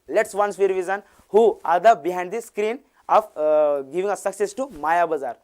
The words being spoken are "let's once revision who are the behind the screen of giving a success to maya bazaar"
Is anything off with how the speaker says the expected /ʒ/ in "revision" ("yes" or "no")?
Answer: yes